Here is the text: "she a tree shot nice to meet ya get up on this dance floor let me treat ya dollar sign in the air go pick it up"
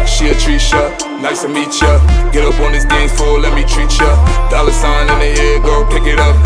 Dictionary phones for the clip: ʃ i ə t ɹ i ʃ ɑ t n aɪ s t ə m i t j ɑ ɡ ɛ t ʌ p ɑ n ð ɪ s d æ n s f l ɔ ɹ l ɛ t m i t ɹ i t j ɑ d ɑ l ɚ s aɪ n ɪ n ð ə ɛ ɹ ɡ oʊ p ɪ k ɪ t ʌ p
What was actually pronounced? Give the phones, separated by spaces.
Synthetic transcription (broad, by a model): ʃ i ə t ɹ i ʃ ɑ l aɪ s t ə m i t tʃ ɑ ɡ ɛ t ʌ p ɑ n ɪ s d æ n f ɔ l ɛ t m i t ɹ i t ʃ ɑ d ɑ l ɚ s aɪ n ɪ n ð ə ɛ ɡ oʊ p ɪ k ɪ t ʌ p